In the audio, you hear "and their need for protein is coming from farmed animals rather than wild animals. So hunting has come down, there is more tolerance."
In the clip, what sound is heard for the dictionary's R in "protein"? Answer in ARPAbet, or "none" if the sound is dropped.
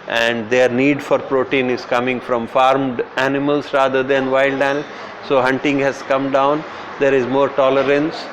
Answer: R